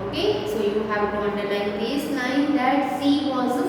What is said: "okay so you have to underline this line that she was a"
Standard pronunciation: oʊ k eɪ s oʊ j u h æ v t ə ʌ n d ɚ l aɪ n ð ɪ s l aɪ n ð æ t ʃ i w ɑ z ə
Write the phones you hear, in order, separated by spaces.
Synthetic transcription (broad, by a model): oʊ k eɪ s oʊ j u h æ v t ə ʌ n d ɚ n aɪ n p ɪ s n aɪ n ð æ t s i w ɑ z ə